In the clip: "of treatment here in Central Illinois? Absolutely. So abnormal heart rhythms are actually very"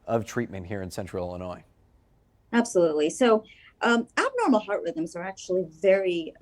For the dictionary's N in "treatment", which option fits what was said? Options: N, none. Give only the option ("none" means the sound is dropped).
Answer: N